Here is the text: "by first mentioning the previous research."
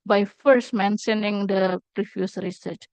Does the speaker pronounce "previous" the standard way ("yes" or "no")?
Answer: no